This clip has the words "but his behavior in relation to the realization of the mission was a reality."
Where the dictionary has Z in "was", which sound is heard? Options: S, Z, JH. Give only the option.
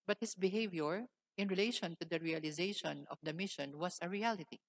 S